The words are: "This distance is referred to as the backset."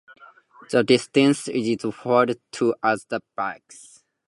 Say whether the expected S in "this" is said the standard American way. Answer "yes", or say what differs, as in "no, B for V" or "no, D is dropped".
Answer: no, S is dropped